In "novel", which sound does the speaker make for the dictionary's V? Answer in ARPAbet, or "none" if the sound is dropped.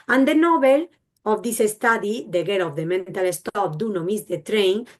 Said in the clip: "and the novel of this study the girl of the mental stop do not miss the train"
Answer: B